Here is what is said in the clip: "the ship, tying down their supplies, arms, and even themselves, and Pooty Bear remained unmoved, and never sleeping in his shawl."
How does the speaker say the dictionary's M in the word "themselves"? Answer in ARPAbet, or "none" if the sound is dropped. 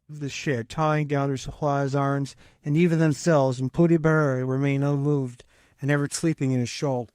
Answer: M